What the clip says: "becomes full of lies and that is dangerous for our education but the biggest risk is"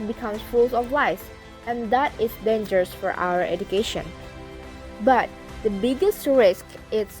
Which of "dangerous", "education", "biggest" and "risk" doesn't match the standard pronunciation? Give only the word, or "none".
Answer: none